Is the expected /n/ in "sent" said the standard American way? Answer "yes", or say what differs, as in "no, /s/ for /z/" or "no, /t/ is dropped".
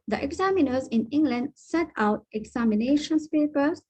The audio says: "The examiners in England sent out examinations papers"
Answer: no, /n/ is dropped